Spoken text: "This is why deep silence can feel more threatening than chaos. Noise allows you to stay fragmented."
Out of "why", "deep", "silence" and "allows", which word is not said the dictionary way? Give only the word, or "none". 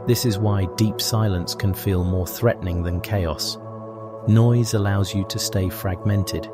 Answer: none